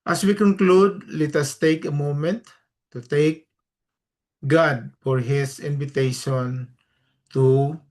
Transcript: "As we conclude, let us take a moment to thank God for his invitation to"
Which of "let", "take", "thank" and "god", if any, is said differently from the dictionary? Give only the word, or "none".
thank